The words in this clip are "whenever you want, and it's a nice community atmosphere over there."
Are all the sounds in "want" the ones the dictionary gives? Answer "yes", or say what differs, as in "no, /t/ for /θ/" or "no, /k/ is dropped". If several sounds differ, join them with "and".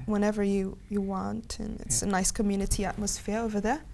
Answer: yes